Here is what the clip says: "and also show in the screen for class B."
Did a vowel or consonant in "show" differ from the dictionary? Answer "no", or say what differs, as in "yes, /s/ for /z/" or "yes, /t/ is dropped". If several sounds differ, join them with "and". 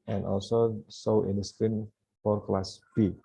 yes, /s/ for /ʃ/